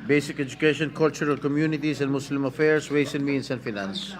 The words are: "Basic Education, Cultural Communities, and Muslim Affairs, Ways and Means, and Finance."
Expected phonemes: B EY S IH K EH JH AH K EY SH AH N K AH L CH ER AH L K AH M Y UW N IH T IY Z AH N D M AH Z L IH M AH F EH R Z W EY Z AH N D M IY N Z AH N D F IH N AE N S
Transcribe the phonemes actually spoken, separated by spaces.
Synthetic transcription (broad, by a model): B EY S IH K EH JH AH K EY SH AH N K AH L CH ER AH L K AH M Y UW N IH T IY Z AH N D M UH S L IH M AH F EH R S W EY S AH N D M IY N S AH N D F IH N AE N S